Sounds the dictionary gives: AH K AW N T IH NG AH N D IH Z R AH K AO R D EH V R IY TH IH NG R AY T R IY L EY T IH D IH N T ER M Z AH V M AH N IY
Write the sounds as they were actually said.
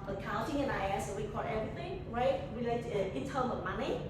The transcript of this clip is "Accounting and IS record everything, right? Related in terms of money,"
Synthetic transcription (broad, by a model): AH K AW N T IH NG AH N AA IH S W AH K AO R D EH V R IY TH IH NG R AY T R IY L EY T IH IH N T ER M AH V M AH N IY